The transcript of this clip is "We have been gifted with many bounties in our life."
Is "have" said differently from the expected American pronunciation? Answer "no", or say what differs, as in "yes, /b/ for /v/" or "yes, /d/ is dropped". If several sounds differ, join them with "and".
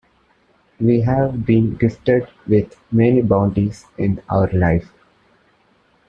no